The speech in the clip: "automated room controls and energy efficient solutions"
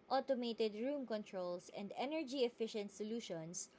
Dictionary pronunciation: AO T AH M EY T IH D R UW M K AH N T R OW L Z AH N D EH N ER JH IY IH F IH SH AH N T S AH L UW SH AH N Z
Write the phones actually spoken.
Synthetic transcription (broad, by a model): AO T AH M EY T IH D R UW M K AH N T R OW L S AH N D EH N ER JH IY IH F IH SH AH N T S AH L UW SH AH N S